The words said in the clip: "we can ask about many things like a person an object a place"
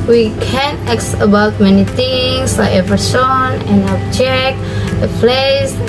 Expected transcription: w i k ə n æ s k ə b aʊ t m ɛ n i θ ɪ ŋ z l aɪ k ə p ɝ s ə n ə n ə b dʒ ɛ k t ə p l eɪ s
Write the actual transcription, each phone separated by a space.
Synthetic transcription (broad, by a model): w i k ə n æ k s ə b aʊ t m ɛ n i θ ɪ ŋ s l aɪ ə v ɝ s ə n ə n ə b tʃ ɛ k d ə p l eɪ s